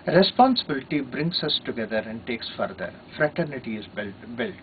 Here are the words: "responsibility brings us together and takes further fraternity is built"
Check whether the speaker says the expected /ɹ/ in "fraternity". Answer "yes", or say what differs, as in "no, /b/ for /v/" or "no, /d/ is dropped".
yes